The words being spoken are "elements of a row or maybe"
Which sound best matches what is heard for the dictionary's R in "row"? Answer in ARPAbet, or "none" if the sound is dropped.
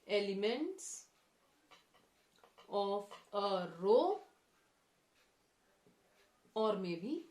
R